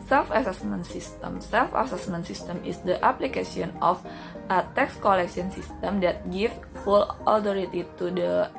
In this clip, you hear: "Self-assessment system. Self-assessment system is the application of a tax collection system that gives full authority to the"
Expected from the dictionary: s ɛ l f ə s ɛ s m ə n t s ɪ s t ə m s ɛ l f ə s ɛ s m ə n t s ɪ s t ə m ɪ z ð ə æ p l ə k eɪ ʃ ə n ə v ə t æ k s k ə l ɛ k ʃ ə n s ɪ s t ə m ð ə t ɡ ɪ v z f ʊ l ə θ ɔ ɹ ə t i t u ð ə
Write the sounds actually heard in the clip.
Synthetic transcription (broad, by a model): s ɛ l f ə s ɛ s m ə n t s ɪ s t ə m s ɛ l f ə s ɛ s m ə n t s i s t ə m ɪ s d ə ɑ p l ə k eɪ s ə n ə f ə t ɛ k s k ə l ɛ k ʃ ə n s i s t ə m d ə t ɡ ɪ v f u l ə t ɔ ɹ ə t i t u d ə